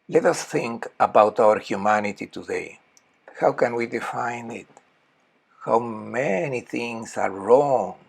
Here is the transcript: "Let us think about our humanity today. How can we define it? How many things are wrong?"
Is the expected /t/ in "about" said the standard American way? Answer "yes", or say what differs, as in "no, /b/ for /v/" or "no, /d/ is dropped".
yes